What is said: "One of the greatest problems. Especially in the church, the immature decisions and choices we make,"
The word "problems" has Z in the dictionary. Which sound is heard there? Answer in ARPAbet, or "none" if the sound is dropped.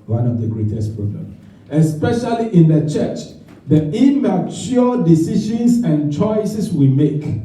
none